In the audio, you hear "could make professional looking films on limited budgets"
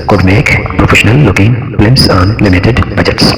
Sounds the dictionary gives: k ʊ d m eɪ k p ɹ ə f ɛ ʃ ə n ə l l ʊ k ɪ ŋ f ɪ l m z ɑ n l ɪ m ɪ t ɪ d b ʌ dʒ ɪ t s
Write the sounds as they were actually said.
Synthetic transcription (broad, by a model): k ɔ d m eɪ k p ɹ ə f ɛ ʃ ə n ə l l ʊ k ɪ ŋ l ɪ m s ɑ n l ɪ m ɪ t ɪ d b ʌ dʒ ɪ t s